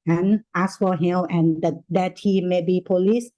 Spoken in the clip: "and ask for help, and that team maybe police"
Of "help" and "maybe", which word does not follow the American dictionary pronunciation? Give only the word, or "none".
help